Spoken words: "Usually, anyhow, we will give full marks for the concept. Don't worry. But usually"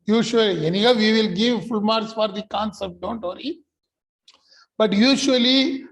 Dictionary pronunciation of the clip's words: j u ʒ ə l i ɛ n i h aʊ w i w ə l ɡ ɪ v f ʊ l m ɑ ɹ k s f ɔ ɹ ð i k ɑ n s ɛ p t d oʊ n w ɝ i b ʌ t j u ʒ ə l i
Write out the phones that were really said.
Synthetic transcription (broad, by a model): j u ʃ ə l i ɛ n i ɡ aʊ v i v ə l ɡ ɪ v f ʊ l m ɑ ɹ s f ɔ ɹ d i k ɑ n s ɛ p t d oʊ n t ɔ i b ʌ t j u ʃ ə l i